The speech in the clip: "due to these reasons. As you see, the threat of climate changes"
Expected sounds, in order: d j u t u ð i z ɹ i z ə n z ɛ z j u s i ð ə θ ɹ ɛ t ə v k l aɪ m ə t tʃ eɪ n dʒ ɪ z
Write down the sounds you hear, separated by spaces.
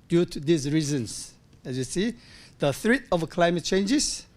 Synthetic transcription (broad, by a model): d j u t u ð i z ɹ i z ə n s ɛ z j u s i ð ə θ ɹ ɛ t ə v k l aɪ m ə t tʃ eɪ n dʒ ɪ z